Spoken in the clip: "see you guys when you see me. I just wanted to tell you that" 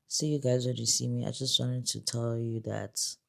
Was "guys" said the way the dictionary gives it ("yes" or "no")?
yes